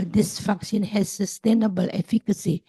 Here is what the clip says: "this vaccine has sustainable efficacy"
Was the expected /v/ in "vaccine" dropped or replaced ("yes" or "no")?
yes